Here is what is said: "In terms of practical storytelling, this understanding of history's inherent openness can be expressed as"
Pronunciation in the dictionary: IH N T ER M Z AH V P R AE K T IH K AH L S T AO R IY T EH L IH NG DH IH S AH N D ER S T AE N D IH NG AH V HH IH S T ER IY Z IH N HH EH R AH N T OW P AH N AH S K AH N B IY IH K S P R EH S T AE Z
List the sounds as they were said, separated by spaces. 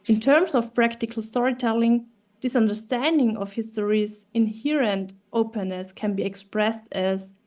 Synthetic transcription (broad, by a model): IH N T ER M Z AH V P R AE K T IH K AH L S T AO R IY T EH L IH NG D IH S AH N D ER S T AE N D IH NG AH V HH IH S T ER IY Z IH N HH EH R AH N T OW P AH N AH S K AH N B IY IH K S P R EH S T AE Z